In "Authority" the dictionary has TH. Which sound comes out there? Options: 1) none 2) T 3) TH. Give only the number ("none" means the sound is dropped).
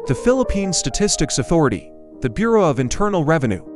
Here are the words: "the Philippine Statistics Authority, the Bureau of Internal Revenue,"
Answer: 3